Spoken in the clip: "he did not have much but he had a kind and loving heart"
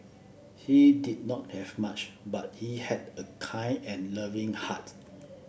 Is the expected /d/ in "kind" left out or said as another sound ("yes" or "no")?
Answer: yes